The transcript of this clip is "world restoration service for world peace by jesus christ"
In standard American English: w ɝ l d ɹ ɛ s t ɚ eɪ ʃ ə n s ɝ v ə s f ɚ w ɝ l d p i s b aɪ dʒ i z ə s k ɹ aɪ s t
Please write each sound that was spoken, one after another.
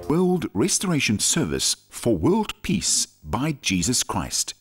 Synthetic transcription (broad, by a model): w ɝ l d ɹ ɛ s t ɚ eɪ ʃ ə n s ɝ v ə s f ɚ w ɝ l d p i s b aɪ dʒ i z ə s k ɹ aɪ s t